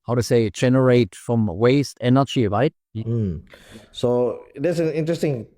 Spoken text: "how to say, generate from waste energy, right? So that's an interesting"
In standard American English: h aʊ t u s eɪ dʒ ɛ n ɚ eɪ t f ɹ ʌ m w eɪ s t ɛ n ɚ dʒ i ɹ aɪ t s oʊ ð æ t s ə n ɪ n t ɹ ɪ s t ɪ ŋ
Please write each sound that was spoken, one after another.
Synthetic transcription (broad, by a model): h aʊ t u s eɪ dʒ ɛ n ɚ eɪ t f ɹ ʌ m w eɪ s t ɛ n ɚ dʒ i ɹ aɪ t s oʊ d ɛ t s ə n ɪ n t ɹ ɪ s t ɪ ŋ